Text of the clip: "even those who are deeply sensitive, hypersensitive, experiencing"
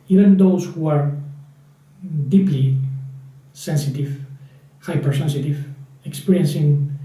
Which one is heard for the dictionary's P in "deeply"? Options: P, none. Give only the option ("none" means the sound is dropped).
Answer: P